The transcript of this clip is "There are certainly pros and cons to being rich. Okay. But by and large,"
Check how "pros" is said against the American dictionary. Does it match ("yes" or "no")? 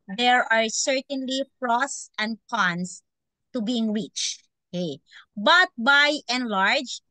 no